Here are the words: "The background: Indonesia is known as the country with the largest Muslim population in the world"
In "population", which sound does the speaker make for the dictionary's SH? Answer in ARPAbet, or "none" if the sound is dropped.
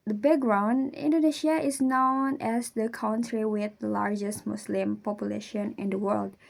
SH